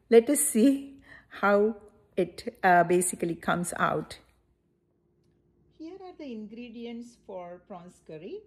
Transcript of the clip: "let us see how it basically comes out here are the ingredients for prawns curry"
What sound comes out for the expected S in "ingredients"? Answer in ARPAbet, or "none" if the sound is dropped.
S